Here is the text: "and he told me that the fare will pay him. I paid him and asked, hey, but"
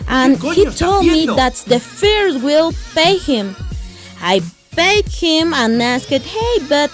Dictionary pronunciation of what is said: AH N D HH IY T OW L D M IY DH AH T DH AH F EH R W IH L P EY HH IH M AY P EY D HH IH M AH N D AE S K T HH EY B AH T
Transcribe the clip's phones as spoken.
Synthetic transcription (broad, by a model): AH N HH IY T OW L D M IY DH AH T DH AH F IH R W IH L P EY HH IH M AY B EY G HH IH M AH N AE S K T HH EY B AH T